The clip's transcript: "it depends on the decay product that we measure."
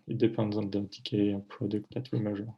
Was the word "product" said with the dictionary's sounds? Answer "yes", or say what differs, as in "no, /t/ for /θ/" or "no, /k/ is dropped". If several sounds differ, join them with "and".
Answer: yes